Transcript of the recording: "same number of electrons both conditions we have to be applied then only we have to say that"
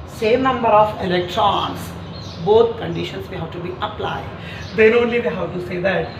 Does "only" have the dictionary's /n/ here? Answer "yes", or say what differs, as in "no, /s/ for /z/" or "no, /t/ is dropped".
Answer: yes